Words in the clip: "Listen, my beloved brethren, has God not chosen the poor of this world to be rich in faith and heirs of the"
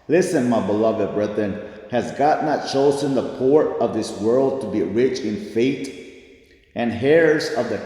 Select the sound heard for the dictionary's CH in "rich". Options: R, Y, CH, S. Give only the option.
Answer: CH